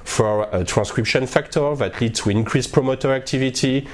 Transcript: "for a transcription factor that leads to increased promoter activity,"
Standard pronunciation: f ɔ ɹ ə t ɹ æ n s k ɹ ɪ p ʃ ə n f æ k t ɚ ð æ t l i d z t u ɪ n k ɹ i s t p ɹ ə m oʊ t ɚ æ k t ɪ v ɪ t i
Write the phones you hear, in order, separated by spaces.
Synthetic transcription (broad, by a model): f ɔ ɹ ə t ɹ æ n s k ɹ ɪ p ʃ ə n f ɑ k t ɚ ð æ t l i d t u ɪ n k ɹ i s p ɹ ə m oʊ t ɚ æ k t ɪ v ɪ t i